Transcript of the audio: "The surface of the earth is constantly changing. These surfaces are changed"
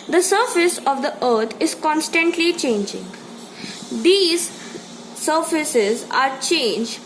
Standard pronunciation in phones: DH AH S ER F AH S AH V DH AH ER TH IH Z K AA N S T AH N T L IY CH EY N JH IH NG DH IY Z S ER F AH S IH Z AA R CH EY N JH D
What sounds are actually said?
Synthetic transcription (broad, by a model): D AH S ER F AH S AH V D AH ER T IH Z K AA N S T AH N T L IY CH EY N JH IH NG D IY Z S ER F AH S IH Z AA R CH EY N JH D